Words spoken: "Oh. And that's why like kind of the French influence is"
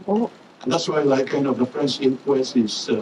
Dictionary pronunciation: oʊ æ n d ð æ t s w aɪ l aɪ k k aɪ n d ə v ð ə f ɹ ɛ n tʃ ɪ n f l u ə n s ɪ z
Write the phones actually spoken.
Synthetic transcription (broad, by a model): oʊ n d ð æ t s w aɪ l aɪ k k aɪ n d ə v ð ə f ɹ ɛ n s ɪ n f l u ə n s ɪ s